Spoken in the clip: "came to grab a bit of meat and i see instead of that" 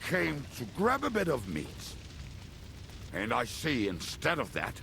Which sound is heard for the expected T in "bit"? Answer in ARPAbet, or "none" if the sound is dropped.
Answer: T